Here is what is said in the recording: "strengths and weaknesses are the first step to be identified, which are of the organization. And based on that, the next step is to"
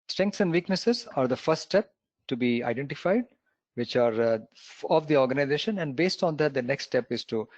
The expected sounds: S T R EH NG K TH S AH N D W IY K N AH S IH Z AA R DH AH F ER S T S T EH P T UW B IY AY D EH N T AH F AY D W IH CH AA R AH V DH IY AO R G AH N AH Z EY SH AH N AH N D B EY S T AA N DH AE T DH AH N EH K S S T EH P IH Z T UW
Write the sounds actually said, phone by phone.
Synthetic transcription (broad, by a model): S T R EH NG K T S AH N D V IY K N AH S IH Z AA R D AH F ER T S T EH P T UW B IY AY D EH N T AH F AY D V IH CH AA R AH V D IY AO R G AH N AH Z EY SH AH N AH N D B EY S T AA N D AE T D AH N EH K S S T EH P IH Z T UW